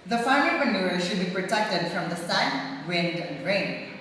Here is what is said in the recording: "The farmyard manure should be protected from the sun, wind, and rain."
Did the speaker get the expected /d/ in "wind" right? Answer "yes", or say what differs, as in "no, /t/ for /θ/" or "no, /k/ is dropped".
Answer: yes